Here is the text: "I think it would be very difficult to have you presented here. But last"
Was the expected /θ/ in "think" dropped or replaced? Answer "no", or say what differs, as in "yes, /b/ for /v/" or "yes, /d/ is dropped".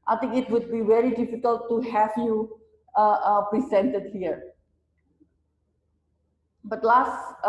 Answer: yes, /t/ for /θ/